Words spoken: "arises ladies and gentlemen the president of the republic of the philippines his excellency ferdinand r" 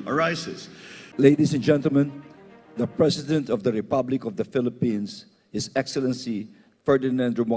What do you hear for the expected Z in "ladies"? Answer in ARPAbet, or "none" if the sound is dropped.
S